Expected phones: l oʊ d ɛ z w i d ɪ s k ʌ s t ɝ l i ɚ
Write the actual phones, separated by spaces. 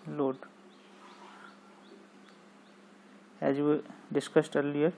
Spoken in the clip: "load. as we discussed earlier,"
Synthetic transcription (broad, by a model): l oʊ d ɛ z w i d ɪ s k ʌ s t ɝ l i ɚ